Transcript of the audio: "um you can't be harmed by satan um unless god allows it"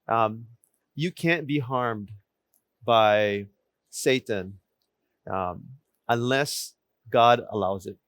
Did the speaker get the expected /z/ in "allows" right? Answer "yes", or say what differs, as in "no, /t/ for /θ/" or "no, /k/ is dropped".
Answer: yes